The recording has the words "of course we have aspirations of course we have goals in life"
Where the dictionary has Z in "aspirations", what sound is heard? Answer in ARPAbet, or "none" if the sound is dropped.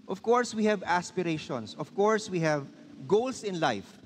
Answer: S